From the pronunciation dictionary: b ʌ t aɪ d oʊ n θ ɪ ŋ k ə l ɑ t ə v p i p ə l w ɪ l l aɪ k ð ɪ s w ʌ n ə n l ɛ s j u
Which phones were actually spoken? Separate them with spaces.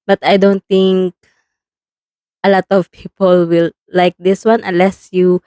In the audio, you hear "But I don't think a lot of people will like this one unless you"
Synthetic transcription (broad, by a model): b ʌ t aɪ d oʊ n t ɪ ŋ k ə l ɑ t ə v p i p ə l w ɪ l l aɪ k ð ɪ s w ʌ n ə n l ɛ s j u